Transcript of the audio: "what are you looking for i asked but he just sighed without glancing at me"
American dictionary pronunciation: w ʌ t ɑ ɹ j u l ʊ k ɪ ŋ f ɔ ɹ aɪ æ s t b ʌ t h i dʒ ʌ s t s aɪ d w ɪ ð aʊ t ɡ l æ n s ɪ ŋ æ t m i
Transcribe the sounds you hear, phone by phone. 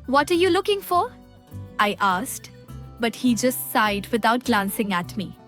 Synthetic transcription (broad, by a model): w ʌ t ɑ ɹ j u l ʊ k ɪ ŋ f ɔ ɹ aɪ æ s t b ʌ t h i dʒ ʌ s t s aɪ d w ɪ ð aʊ t ɡ l æ n s ɪ ŋ æ t m i